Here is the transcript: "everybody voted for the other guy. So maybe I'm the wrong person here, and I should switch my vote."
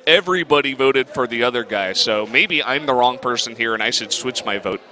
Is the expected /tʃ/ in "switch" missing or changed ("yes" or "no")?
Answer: no